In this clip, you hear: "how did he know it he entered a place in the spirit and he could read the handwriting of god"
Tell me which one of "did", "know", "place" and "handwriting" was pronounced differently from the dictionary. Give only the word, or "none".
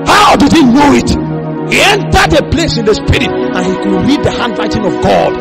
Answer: handwriting